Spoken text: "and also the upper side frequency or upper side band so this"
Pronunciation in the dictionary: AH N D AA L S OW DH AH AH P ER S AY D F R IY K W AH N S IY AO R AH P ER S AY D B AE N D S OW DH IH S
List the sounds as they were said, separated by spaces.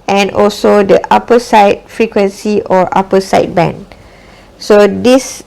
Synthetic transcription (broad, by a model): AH N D AA L S OW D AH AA P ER S AY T F R IY K W AH N S IY AO R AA P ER S AY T B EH N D S OW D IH S